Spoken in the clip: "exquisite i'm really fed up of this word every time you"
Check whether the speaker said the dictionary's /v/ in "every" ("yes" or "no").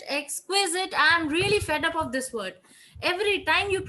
yes